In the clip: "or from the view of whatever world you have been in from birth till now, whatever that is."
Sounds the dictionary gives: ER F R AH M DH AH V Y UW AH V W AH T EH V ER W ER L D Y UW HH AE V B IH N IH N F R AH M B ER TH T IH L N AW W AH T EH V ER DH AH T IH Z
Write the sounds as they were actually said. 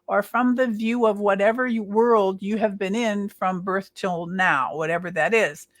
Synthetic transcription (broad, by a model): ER F R AH M DH AH V Y UW AH V W AH T EH V ER W ER L D Y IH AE V B IH N IH N F R AH M B ER TH T IH L N AW W AH T EH V ER DH AH T IH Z